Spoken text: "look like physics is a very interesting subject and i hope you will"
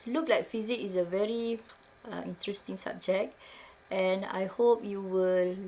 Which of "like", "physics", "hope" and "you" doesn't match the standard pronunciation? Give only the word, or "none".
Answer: physics